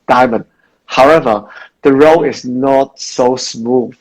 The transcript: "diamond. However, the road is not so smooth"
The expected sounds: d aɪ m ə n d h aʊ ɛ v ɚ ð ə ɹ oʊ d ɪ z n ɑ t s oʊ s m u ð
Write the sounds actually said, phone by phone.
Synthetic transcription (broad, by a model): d aɪ m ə n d h aʊ ɛ v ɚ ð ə ɹ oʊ ɪ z n ɑ t s oʊ s m u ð